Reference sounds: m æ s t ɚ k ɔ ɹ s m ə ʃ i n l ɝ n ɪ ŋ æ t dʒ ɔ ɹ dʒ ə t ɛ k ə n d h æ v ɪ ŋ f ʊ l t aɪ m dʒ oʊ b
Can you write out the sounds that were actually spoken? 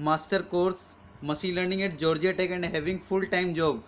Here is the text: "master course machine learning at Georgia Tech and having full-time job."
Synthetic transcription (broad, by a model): m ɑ s t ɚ k ɔ ɹ s m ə s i l ɝ n ɪ ŋ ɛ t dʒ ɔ ɹ dʒ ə t ɛ k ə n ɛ h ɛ v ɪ ŋ f ʊ l t aɪ m dʒ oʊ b